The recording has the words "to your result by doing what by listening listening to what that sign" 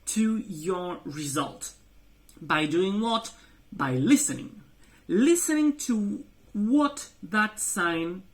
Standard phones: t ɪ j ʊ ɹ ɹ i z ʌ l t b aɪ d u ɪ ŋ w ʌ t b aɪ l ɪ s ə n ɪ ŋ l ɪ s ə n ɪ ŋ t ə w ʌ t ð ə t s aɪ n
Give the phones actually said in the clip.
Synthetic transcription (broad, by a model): t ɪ j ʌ ɹ ɹ i z ʌ l t b aɪ d u ɪ ŋ w ʌ t b aɪ l ɪ s ə n ɪ ŋ l ɪ s ə n ɪ ŋ t ə w ʌ t ð ə t s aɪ n